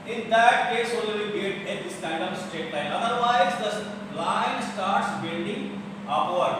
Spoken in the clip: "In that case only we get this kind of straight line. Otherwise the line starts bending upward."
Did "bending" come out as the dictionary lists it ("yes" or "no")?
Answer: no